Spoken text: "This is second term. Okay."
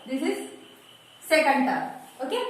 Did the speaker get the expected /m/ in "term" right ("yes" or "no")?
no